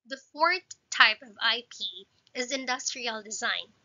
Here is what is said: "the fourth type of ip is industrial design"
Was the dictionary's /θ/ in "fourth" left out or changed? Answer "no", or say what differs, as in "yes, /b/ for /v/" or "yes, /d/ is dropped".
no